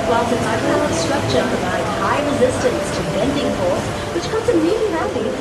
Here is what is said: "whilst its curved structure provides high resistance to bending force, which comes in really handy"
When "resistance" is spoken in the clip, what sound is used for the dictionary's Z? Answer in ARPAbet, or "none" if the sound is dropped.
Z